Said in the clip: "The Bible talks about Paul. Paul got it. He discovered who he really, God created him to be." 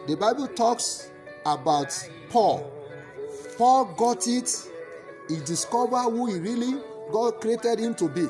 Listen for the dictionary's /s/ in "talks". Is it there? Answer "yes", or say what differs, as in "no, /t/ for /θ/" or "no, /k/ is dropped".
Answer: yes